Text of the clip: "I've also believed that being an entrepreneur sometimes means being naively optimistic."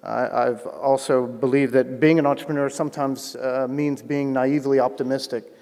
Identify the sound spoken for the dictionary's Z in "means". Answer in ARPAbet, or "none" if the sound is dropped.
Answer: Z